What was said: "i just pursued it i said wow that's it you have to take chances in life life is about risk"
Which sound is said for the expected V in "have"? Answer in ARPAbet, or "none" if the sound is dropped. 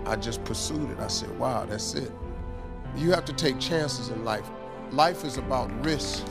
F